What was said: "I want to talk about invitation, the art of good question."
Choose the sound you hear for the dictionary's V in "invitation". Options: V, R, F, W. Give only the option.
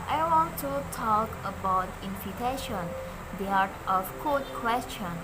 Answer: F